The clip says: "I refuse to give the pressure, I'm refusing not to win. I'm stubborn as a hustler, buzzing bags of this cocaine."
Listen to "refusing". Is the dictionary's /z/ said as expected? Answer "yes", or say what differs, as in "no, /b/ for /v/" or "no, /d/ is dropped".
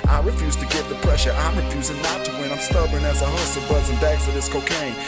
yes